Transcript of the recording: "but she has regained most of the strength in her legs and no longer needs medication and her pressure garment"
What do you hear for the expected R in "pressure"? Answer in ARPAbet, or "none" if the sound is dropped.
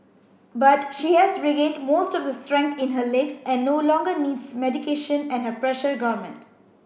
R